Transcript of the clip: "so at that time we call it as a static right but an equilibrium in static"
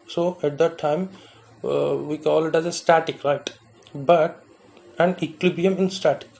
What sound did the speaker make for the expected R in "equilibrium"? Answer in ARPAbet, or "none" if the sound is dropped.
none